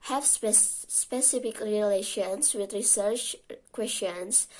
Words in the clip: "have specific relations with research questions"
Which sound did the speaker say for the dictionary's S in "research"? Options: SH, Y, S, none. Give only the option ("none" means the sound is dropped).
S